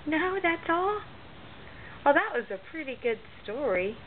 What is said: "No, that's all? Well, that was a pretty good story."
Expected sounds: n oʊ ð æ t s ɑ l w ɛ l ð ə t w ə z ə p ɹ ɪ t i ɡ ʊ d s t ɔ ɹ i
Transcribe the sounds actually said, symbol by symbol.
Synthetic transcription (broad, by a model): n oʊ ð æ t s ɑ l w ɛ l ð ə t w ə z ə p ɹ ɪ t i ɡ ʊ d s t ɔ ɹ i